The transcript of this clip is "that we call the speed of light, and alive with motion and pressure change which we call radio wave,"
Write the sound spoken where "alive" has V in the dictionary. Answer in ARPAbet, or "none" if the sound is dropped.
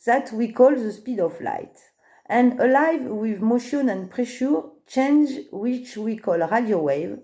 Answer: V